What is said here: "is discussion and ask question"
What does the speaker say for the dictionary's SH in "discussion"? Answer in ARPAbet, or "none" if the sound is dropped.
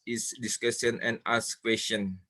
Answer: S